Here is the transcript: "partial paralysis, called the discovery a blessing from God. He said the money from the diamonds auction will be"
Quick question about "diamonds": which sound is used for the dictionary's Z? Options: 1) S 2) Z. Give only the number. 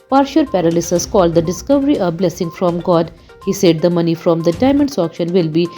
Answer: 1